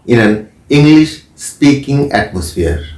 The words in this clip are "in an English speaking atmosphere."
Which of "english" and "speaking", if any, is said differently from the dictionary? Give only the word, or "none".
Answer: none